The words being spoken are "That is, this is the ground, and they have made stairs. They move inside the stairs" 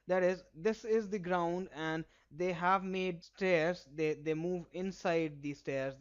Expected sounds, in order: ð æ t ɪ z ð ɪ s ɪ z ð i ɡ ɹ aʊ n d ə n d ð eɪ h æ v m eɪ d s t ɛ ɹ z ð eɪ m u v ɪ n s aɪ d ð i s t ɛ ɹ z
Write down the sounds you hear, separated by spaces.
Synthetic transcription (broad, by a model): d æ t ɪ z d ɪ s ɪ z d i ɡ ɹ aʊ n d ə n d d eɪ h æ v m eɪ d s t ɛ ɹ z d eɪ m u v ɪ n s aɪ d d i s t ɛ ɹ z